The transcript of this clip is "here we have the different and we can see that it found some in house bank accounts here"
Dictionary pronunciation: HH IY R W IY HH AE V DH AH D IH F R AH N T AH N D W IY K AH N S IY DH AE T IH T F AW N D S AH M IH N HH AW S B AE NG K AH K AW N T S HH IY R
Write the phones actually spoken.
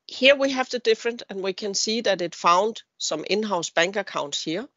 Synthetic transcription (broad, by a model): HH IY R W IY HH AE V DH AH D IH F R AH N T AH N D W IY K AH N S IY DH AE T IH T F AW N D S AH M IH N HH AW S B AE NG K AH K AW N T S HH IY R